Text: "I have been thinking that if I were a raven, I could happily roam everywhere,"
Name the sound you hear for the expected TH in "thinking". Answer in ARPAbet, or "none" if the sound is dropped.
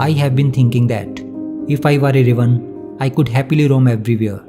T